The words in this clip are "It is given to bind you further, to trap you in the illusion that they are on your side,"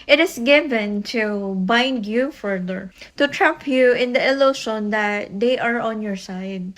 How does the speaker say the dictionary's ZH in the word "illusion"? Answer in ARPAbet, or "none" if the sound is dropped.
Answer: SH